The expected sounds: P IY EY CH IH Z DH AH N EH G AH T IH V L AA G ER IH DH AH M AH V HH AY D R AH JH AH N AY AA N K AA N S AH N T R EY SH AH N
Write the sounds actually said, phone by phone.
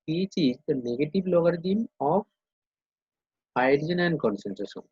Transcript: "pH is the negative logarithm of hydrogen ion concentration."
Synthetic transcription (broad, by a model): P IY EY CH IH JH N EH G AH T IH B L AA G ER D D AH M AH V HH AY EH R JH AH N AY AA N K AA N S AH N T R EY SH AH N